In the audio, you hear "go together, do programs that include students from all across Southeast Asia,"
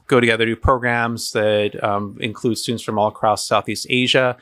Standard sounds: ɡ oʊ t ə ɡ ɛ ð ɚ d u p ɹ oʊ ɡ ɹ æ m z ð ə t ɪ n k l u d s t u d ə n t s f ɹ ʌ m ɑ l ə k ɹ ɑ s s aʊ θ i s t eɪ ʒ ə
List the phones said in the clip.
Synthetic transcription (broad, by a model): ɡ oʊ t ə ɡ ɛ ð ɚ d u p ɹ oʊ ɡ ɹ æ m z ð ə t ɪ n k l u d s t u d n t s f ɹ ʌ m ɑ l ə k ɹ ɑ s s aʊ θ i s t eɪ ʒ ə